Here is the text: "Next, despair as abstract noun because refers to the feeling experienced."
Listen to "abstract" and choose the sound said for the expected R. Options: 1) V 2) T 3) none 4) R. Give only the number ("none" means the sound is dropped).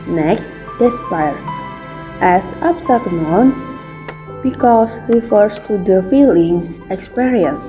3